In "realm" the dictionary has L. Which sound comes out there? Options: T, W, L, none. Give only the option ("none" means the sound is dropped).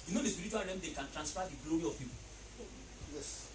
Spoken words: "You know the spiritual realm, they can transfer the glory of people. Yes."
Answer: none